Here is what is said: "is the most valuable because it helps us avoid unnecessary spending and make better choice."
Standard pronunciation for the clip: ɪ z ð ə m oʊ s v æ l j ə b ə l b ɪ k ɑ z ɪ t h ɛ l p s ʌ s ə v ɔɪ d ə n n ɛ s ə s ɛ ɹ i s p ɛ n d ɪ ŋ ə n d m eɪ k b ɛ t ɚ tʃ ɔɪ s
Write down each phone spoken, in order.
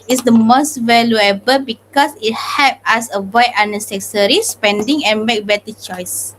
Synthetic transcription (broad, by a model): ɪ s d ə m oʊ s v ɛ l j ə b ə l b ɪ k ɑ s ɪ t h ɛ p ʌ s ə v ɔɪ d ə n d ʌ s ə s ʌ ɹ i s p ɛ n d ɪ ŋ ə n m eɪ k b ɛ t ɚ tʃ ɔɪ s